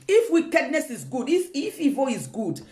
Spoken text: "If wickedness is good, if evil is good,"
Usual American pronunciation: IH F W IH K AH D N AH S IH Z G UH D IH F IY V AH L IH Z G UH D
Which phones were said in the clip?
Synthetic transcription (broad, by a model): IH F W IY K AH D N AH S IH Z G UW D IH F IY F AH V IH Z G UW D